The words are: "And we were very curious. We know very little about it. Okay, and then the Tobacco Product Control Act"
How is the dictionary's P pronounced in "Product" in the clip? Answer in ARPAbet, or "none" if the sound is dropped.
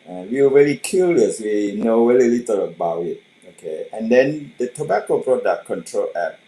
B